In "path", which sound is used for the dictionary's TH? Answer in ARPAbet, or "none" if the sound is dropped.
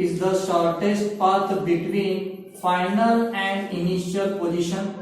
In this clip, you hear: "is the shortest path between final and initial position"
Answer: T